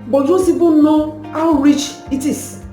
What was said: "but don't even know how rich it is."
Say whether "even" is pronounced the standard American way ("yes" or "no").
no